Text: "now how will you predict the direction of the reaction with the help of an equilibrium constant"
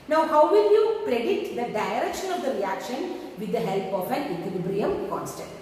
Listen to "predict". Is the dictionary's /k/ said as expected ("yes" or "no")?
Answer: no